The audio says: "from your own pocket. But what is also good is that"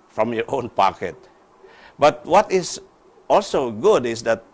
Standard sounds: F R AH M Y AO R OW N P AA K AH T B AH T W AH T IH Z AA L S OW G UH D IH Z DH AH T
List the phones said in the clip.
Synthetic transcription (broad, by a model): F R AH M Y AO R OW N P AA K AH T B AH T W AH T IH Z AA L S OW G UH D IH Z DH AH T